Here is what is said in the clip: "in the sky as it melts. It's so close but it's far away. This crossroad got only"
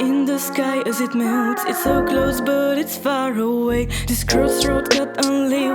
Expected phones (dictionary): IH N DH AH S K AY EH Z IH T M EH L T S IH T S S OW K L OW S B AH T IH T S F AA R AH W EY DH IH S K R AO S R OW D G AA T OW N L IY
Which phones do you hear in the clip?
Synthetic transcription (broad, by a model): IH N DH AH S K AY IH Z IH T M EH T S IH T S S OW K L OW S B AH T IH T S F AA R AH W EY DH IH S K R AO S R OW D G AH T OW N L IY